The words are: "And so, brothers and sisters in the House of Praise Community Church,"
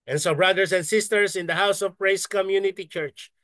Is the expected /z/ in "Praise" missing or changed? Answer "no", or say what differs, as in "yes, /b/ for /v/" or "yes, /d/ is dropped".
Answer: yes, /s/ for /z/